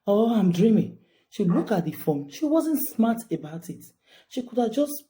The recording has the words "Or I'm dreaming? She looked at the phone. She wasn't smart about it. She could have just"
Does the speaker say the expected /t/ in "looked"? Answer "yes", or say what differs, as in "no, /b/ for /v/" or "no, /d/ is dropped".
no, /t/ is dropped